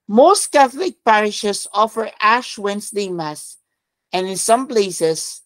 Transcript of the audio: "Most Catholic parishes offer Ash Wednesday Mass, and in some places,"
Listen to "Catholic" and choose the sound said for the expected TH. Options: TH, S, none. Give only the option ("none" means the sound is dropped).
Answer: TH